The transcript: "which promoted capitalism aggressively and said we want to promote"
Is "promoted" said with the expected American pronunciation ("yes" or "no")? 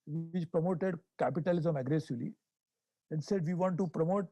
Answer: yes